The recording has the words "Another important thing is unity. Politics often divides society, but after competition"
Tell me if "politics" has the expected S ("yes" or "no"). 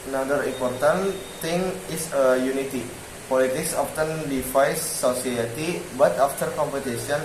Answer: yes